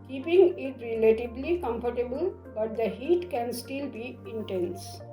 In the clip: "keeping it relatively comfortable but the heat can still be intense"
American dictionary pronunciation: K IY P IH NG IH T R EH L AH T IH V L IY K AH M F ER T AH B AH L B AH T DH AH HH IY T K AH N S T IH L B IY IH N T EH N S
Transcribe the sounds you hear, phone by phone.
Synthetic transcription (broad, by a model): K IY P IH NG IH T R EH L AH T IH B L IY K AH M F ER T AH B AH L B AH T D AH HH IY T K AH N S T IH L B IY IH N T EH N S